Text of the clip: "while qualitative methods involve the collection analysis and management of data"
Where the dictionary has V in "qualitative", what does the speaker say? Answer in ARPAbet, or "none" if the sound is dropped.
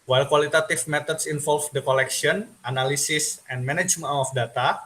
F